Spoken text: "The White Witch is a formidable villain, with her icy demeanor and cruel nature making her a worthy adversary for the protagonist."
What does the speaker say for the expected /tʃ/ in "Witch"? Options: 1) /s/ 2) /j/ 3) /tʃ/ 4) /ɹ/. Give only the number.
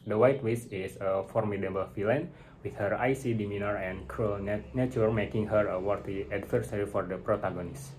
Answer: 1